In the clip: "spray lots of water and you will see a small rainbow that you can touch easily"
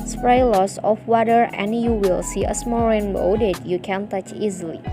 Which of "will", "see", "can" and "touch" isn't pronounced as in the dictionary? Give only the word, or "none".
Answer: none